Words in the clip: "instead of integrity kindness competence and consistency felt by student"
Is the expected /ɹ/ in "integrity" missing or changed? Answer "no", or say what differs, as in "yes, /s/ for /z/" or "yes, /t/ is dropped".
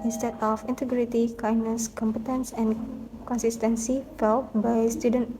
no